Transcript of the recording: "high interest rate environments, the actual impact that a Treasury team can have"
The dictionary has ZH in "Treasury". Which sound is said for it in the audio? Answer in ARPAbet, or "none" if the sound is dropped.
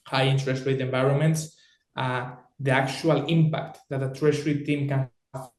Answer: SH